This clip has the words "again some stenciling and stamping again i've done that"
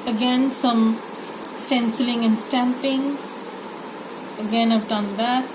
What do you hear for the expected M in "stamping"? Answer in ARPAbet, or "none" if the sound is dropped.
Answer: M